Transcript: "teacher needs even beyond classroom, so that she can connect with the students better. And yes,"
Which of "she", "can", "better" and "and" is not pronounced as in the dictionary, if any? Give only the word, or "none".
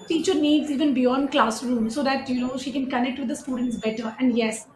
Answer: none